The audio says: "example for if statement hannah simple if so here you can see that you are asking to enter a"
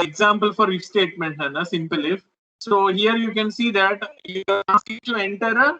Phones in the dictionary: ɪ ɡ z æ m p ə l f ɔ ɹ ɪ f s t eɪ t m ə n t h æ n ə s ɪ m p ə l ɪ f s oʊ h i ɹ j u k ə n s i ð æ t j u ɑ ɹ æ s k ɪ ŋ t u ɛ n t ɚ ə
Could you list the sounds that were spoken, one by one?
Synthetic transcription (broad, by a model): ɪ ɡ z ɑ m p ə l f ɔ ɹ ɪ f s t eɪ t m ə n t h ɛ n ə s ɪ m p ə l ɪ f s oʊ h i ɹ j u k ə n s i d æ t j u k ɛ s ɪ t u ɛ n t ɚ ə